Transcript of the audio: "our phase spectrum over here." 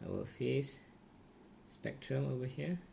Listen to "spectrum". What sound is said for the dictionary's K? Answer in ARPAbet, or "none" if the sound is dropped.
K